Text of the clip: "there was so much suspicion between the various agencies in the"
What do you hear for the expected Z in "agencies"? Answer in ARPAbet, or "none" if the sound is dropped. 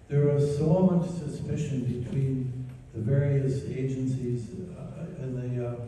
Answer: Z